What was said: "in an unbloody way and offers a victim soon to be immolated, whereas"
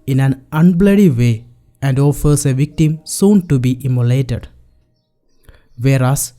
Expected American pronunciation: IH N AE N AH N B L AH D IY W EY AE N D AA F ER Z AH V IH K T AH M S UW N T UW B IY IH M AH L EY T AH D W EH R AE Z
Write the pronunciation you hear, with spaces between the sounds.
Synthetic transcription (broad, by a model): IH N AE N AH N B L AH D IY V EY AE N D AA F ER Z AH V IH K T AH M S UW N T UW B IY IH M AH L EY T AH D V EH R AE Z